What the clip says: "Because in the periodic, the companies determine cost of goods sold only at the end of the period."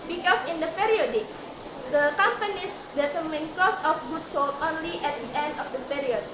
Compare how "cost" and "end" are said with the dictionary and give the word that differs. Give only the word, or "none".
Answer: cost